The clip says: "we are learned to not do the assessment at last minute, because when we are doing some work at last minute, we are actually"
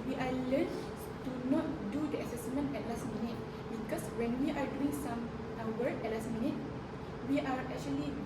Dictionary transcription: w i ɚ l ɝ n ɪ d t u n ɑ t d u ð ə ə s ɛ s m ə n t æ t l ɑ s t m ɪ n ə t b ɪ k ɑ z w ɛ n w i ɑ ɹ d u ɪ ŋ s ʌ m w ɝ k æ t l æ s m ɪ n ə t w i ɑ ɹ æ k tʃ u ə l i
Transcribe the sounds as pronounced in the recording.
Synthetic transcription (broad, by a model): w i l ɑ l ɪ t u n ɑ t d u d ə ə s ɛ s m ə n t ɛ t l ɑ s t m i n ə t b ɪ k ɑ s w ɛ n w i ɑ ɹ d u ɪ ŋ s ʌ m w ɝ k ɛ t l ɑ s m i n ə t w i ɑ ɹ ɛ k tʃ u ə l i